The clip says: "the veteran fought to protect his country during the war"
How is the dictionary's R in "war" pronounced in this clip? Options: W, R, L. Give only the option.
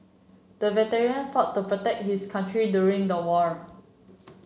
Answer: R